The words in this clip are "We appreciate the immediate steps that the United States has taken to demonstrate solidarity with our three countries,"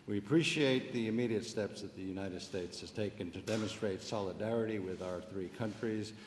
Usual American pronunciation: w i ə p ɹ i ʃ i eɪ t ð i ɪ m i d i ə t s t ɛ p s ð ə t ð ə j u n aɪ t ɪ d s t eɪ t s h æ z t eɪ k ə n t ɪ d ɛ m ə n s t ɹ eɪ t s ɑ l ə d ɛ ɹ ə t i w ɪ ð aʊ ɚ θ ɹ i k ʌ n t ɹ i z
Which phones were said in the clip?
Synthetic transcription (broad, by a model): w i ə p ɹ i ʃ i eɪ t ð i ɪ m i d i ə t s t ɛ p s ð ə t ð ə j u n aɪ t ɪ d s t eɪ t s h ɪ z t eɪ k ə n t ɪ d ɛ m ə n s t ɹ eɪ t s ɑ l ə d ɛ ɹ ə t i w ɪ ð aʊ ɚ θ ɹ i k ʌ n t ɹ i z